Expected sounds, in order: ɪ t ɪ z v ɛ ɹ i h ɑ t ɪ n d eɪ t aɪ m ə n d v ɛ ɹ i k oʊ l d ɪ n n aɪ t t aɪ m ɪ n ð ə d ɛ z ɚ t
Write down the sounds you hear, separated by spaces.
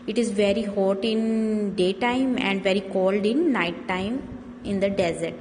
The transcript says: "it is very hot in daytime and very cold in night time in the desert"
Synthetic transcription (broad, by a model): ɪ t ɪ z v ɛ ɹ i h ɑ t ɪ n d eɪ t aɪ m ə n d v ɛ ɹ i k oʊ l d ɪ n n aɪ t t aɪ m ɪ n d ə d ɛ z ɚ t